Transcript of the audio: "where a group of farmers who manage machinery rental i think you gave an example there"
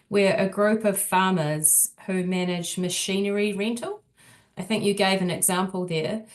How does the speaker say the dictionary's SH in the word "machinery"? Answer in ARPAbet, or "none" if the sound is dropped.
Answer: SH